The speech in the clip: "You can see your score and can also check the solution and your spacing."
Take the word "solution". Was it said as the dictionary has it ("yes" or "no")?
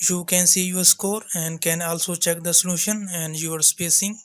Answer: yes